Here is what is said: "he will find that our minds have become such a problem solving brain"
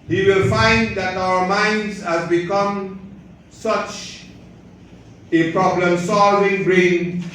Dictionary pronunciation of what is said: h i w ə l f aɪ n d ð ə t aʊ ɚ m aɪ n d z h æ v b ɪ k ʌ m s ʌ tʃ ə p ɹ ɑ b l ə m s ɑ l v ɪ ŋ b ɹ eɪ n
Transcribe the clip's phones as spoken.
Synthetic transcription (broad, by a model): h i w ə l f aɪ n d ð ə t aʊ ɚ m aɪ n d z h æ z b ɪ k ʌ m s ʌ tʃ ə p ɹ ɑ b l ə m s ɑ l v ɪ ŋ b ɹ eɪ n